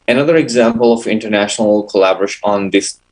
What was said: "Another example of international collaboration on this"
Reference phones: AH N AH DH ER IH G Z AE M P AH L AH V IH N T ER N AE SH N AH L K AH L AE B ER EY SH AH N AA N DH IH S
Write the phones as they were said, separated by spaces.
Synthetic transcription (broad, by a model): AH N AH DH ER IH G Z AE M P AH L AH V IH N T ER N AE SH N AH L K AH L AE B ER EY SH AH N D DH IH S